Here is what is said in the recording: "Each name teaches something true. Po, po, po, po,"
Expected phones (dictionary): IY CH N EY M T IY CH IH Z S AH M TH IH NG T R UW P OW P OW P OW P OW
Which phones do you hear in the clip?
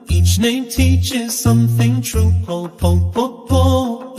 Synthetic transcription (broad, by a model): IY CH N EY M T IY CH IH Z S AH M TH IH NG T R UW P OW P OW F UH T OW